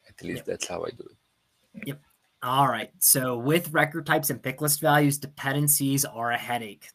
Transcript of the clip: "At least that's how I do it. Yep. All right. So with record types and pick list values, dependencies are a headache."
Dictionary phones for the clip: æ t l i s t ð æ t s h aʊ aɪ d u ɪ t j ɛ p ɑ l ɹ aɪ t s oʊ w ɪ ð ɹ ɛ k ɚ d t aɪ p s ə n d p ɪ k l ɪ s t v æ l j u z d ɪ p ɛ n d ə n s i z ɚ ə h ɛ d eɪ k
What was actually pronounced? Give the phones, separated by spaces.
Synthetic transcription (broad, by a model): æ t l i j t ð æ t s h aʊ aɪ d u ɪ t j ɛ p ɑ l ɹ aɪ t s oʊ w ɪ ð ɹ ɛ k ɚ d t aɪ p s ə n p ɪ k l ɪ s t v æ l j u z d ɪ p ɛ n d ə n s i z ɚ ə h ɛ d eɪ k